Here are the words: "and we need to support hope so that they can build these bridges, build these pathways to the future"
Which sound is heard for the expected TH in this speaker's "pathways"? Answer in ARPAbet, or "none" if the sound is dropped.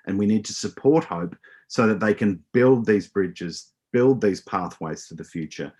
TH